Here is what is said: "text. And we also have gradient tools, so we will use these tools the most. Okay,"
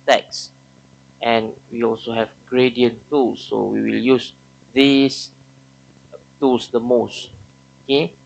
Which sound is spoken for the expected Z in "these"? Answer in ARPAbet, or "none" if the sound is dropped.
S